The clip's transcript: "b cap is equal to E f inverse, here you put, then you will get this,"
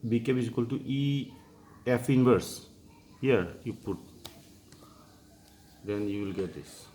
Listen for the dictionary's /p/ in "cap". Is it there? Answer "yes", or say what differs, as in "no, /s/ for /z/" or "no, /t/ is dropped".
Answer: no, /b/ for /p/